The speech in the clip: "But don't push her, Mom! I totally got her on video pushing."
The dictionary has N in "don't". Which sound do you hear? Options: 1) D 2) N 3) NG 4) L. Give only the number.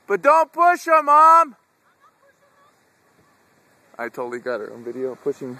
2